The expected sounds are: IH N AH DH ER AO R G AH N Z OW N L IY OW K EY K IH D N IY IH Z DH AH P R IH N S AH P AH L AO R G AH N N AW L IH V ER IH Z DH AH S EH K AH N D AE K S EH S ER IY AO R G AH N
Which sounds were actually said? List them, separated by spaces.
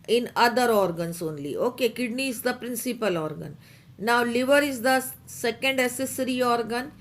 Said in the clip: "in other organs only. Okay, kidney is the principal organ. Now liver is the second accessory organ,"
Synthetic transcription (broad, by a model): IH N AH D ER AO R G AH N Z OW N L IY OW K EY K IH D N IY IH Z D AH P R IH N S AH P AH L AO R G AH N N AW L IH V ER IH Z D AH S EH K AH N D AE S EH S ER IY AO R G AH N